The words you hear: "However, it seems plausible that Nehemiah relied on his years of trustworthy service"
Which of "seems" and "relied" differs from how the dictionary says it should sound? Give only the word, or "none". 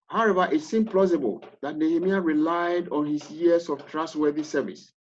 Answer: seems